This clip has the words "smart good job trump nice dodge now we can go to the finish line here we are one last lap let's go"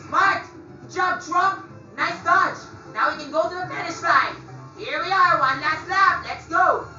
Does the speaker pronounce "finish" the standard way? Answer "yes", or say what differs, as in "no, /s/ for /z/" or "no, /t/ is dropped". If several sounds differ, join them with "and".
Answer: no, /p/ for /f/